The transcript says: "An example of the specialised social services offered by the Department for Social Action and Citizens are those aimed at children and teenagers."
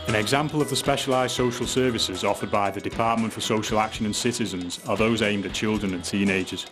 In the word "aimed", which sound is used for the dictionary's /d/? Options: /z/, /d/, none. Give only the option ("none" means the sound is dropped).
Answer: /d/